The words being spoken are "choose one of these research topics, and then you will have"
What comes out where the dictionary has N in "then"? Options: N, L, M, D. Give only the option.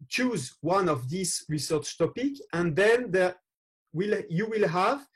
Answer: L